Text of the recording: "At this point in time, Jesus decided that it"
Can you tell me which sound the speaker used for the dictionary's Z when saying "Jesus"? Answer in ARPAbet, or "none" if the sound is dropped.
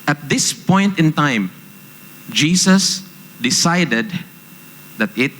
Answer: S